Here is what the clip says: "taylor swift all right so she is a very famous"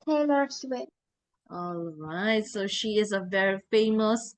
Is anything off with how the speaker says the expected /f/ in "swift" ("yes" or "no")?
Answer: yes